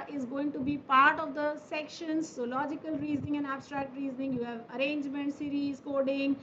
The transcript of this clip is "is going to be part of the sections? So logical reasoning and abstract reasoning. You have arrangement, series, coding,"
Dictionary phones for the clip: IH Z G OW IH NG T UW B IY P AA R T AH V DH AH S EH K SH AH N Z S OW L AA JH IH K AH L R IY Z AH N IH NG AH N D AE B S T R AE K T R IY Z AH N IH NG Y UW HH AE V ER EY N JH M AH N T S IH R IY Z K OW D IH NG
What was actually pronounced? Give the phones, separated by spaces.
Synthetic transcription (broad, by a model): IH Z G OW IH NG T UW B IY P AA R T AH V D AH S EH K SH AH N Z S OW L AA JH IH K AH L R IY Z AH N IH NG AH N D AE B S T R AE K T R IY Z AH N IH NG Y UW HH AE V ER EY N JH M AH N T S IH R IY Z K OW D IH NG